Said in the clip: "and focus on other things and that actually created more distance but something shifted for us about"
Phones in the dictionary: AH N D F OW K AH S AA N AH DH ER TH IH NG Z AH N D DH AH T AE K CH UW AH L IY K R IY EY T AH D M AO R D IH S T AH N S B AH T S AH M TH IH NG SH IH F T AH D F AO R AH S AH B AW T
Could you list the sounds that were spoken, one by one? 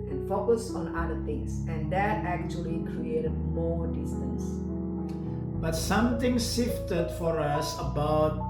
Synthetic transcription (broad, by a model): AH N F OW K AH S AA N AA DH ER T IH NG S AH N D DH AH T AE K CH UW AH L IY K R IY EY T AH D M AO D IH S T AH N S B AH T S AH M T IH NG S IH F T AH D F AO R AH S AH B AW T